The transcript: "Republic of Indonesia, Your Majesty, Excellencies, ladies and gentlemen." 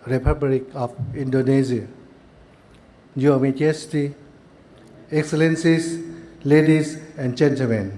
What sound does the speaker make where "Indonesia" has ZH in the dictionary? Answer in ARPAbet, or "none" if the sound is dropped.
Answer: Z